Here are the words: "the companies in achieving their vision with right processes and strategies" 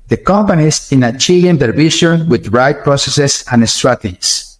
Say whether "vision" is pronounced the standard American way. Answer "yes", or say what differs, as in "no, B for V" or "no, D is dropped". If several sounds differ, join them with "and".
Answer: no, SH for ZH